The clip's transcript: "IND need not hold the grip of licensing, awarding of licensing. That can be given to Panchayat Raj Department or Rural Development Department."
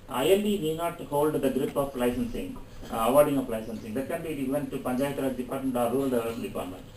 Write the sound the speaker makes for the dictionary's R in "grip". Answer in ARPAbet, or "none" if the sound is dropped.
R